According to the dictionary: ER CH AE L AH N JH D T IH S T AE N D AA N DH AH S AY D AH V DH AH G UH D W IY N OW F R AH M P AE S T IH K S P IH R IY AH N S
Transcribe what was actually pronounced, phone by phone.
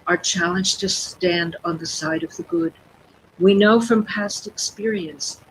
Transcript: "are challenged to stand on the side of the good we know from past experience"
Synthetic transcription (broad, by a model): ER CH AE L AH N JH T IH S T AE N D N DH AH S AY D AH V DH AH G UH D W IY N OW F R AH M P AE S T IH K S P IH R IY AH N S